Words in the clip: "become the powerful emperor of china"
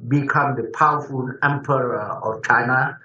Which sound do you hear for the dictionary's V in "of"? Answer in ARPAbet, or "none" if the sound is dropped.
F